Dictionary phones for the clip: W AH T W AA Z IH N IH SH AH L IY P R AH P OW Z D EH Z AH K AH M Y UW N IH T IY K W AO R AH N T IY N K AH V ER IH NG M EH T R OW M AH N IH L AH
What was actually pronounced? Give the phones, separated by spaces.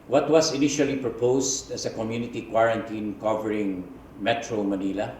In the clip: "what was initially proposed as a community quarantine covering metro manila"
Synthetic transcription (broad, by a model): W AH T W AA S IH N IH SH AH L IY P R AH P OW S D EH S AH K AH M Y UW N IH T IY K W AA R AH N T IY N K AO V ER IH NG M EH T R OW M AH N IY L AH